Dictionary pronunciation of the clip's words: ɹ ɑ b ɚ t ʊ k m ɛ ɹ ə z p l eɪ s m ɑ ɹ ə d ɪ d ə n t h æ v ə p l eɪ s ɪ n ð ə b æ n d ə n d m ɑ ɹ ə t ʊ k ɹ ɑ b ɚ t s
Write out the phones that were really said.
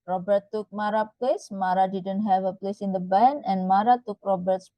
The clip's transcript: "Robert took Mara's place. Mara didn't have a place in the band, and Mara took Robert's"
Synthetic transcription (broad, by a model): ɹ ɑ b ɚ t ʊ k m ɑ ɹ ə p l eɪ s m ɑ ɹ ə d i d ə n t h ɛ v ə p l eɪ s ɪ n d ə b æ n ə n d m ɑ ɹ ə t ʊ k ɹ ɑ b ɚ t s